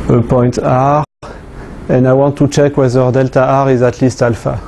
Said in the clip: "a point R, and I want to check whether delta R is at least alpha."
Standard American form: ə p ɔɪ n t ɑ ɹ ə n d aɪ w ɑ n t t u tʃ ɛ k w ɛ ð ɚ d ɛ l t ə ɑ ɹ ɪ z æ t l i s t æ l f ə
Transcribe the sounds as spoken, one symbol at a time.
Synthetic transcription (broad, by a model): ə p ɔɪ n t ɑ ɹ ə n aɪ w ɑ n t t u tʃ ɛ k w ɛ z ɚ d ɛ l t ə ɑ ɹ ɪ z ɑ t l i s t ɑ l f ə